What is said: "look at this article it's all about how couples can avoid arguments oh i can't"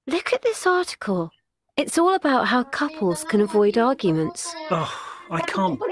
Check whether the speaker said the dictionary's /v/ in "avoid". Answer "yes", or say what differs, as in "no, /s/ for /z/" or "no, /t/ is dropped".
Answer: yes